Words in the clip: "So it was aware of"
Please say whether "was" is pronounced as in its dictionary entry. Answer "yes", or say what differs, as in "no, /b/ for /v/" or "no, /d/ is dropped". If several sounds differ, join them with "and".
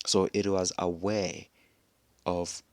yes